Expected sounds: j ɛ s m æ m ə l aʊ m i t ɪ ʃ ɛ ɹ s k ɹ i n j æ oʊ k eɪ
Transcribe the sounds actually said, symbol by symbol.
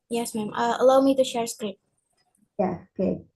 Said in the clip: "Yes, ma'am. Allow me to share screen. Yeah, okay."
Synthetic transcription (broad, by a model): j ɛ s m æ m ə l aʊ m i t ɪ ʃ ɛ ɹ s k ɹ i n j æ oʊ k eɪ